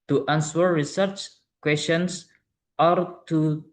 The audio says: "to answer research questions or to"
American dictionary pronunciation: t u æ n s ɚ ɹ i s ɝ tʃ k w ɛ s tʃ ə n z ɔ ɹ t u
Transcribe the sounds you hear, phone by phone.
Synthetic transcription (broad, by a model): t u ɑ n s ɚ ɹ i s ɝ tʃ k w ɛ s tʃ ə n s ɔ ɹ t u